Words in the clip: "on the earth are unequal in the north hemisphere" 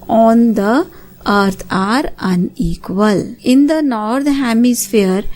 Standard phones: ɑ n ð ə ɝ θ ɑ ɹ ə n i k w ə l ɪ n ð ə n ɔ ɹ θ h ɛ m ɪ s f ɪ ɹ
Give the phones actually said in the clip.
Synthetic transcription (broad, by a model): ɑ n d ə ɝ t ɑ ɹ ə n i k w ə l ɪ n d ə n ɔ ɹ t h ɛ m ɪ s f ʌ ɹ